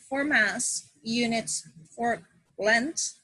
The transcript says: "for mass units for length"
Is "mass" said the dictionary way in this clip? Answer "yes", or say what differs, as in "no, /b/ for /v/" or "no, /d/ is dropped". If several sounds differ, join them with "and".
yes